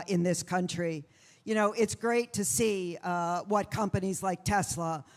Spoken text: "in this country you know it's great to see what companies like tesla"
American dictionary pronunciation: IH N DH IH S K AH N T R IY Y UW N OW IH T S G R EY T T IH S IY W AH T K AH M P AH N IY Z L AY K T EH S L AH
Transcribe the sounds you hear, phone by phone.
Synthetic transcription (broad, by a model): IH N DH IH S K AH N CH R IY Y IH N OW IH T S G R EY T T IH S IY W AH T K AH M P AH N IY Z L AY K T EH S L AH